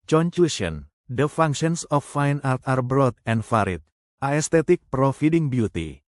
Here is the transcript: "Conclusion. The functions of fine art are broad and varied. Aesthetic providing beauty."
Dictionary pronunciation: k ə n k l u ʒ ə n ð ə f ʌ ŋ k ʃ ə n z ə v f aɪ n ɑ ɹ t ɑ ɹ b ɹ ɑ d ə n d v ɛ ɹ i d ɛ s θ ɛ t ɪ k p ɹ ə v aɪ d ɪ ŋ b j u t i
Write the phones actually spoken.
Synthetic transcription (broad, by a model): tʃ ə n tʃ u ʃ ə n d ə f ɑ ŋ k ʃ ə n s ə f aɪ n ɑ ɹ t ɑ ɹ b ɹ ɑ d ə n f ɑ ɹ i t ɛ s t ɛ t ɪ k p ɹ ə f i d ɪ ŋ b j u t i